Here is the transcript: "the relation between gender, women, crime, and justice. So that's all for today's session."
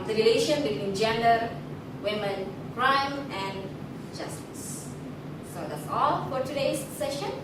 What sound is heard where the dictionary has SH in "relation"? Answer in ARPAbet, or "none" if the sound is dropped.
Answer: SH